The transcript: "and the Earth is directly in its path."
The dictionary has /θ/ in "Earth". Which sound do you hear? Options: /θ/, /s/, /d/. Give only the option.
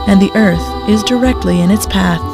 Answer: /θ/